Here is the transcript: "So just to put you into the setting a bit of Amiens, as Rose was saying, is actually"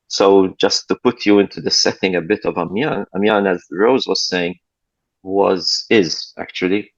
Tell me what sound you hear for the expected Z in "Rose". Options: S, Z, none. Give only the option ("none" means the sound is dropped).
Z